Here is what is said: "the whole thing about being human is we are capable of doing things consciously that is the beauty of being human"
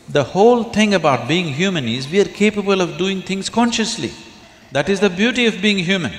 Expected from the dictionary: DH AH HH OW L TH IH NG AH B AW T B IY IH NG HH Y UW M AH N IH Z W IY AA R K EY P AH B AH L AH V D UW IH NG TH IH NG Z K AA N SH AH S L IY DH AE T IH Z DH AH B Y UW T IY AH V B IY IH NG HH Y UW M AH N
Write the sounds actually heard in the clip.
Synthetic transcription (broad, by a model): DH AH HH OW L T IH NG AH B AW T B IY IH NG HH Y UW M AH N IH Z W IY AA R K EY P AH B AH L AH V D UW IH NG T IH NG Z K AA N SH AH S L IY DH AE T IH Z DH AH B Y UW T IY AH V B IY IH NG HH Y UW M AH N